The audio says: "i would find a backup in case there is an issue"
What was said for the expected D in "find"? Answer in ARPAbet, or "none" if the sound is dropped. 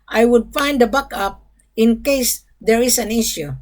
D